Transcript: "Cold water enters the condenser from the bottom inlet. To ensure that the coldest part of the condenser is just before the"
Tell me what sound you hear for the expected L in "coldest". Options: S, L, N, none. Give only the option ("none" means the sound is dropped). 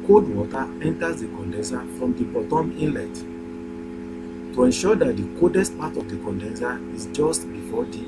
none